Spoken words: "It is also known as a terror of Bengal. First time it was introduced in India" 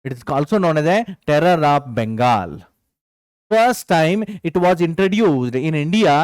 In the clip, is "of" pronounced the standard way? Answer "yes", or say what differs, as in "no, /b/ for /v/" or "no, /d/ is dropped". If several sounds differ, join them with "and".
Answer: no, /p/ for /v/